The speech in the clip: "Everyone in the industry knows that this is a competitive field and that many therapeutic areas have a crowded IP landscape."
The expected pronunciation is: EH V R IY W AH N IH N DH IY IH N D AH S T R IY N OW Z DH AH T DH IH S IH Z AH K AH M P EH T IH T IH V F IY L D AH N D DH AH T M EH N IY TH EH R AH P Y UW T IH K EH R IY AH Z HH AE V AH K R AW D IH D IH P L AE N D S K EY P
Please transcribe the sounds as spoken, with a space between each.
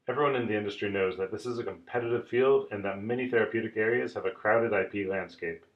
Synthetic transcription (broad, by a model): EH V R IY W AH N IH N DH IY IH N D AH S T R IY N OW Z DH AH T DH IH S IH Z AH K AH M P EH T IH T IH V F IY L D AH N DH AH T M EH N IY TH EH R AH P Y UW T IH K EH R IY AH Z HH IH V AH K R AW D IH D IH P L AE N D S K EY P